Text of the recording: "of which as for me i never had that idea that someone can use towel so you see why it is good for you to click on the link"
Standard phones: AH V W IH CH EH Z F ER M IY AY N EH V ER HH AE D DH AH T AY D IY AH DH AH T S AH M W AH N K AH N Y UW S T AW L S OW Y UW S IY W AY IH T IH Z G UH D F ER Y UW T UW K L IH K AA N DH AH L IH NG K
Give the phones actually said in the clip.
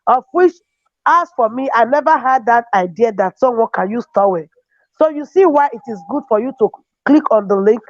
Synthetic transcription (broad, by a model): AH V W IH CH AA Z F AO M IY AY N EH V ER HH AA D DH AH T AY D IY AH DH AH T S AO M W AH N K AH N Y UW S T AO W S OW Y UW S IY W AY IH T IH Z G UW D F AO Y UW T UW K L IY K AA N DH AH L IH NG K